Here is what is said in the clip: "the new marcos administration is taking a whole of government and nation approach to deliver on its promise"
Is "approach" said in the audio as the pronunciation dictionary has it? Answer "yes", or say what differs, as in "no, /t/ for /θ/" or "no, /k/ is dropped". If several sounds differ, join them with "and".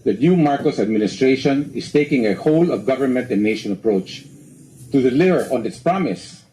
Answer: yes